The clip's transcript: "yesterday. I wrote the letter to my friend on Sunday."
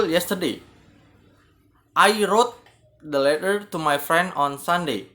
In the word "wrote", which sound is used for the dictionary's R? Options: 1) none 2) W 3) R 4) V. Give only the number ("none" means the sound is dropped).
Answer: 3